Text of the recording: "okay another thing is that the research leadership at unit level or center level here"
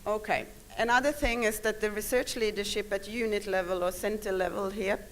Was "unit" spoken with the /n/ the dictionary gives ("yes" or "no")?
yes